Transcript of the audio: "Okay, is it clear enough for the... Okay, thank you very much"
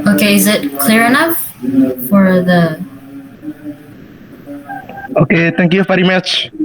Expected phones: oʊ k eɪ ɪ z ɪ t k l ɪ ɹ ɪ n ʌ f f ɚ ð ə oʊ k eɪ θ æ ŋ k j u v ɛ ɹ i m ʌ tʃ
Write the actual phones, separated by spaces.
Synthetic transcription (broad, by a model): oʊ k eɪ ɪ z ɪ t k l ɪ ɹ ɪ n ʌ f f ɚ ð ə oʊ k eɪ t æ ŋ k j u f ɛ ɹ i m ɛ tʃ